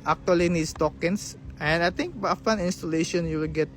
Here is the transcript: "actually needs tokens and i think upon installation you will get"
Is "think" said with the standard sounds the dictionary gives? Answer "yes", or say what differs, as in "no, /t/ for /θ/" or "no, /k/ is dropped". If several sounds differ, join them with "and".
no, /t/ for /θ/